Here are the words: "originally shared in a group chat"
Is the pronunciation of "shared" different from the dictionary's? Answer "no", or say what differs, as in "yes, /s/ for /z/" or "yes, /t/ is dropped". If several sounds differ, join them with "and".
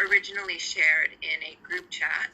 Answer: no